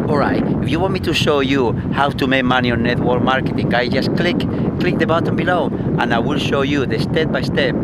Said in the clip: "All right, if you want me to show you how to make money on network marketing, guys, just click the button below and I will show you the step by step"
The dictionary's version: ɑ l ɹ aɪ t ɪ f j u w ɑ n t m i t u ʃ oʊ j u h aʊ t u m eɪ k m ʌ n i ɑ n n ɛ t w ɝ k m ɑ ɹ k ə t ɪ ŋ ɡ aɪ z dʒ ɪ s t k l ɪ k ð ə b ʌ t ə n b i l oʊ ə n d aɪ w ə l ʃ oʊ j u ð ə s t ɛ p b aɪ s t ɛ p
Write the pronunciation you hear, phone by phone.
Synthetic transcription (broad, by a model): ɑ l ɹ aɪ t ɪ f j u w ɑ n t m i t u ʃ oʊ j u h aʊ t u m eɪ k m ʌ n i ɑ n n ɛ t w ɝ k m ɑ ɹ k ə t ɪ ŋ ɡ aɪ dʒ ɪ s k k l ɪ k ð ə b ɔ t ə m b i l oʊ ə n aɪ w ə l ʃ oʊ j u ð ə s t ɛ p b aɪ s t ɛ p